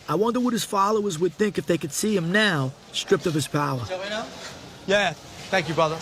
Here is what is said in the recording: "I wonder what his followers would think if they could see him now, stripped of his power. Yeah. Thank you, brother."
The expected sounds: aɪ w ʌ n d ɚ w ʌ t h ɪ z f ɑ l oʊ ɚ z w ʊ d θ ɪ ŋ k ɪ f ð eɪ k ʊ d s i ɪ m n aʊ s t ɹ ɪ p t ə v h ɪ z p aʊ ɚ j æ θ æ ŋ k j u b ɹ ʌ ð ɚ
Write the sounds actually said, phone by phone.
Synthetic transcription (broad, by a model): aɪ w ʌ n d ɚ w ʌ t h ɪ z f ɑ l oʊ ɚ z w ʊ d θ ɪ ŋ k ɪ f ð eɪ k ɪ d s i ɪ m n aʊ s t ɹ ɪ p t ə v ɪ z p aʊ ɚ j æ θ æ ŋ k j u b ɹ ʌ ð ɚ